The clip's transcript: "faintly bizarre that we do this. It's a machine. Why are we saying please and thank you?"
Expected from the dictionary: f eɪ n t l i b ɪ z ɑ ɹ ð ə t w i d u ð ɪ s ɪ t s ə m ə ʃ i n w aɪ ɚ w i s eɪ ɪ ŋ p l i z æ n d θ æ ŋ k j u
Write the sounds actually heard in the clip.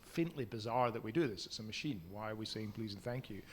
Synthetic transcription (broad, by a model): f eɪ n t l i b ɪ z ɑ ɹ ð ə t w i d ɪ ð ɪ s ɪ t s ə m ə ʃ i n w aɪ ɚ w i s eɪ ɪ ŋ p l i z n θ æ ŋ k j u